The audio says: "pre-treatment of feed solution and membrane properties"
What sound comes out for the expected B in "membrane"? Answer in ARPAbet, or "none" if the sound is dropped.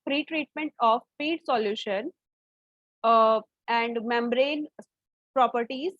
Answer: B